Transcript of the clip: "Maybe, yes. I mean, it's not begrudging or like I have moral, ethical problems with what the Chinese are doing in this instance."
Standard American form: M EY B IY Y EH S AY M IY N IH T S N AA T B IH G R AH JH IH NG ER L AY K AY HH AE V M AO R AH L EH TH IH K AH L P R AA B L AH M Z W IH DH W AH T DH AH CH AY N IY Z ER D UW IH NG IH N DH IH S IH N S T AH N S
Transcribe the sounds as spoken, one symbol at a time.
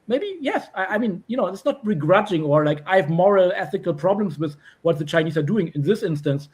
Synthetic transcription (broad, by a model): M EY B IY Y EH S AY M IY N IH T S N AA T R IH G R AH JH IH NG ER L AY K AY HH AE V M AO R AH L EH TH IH K AH L P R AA B L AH M S W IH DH W AH T DH AH CH AY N IY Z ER D UW IH NG IH N DH IH S IH N S T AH N S